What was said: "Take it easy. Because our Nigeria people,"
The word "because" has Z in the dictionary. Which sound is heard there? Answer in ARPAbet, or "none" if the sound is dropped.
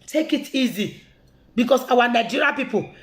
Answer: S